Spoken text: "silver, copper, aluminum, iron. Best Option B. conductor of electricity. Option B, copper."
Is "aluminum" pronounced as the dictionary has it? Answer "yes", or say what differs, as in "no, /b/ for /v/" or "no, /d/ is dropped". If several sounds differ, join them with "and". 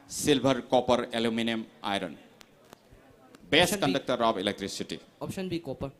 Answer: yes